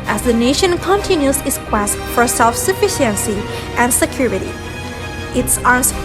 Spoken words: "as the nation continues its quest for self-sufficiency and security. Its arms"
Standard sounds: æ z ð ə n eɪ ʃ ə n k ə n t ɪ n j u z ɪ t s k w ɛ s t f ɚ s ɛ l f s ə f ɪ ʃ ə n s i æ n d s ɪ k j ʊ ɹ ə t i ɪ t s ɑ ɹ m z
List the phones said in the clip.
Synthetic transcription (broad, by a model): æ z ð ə n eɪ ʃ ə n k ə n t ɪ n j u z ɪ t s k w ɛ s t f ɚ s ɛ l f s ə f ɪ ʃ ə n s i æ n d s ɪ k j ʊ ɹ ə t i ɪ t s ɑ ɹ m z